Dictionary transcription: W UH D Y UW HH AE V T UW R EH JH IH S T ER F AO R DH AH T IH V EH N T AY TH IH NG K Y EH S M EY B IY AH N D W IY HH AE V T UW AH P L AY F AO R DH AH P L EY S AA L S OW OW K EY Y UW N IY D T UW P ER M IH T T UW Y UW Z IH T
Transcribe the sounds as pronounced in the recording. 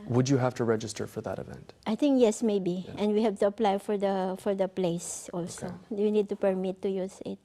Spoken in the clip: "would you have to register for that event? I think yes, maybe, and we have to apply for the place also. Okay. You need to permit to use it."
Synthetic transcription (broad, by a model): W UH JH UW HH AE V T UW R EH JH IH S T ER F AO R DH AH T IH V EH N T AY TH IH NG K Y EH S M EY B IY AH N D W IY HH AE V T UW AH P L AY F AO R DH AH P L EY S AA L S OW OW Y UW N IY D T UW P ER M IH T T UW Y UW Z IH T